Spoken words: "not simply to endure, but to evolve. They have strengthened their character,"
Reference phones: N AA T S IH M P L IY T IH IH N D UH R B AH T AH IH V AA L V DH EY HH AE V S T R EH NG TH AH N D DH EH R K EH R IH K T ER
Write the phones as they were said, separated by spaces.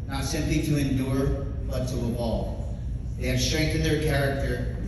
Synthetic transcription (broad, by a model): N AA T S IH M P L IY T IH IH N D UH R B AH T AH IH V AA L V DH EY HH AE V S T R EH NG TH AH N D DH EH R K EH R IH K T ER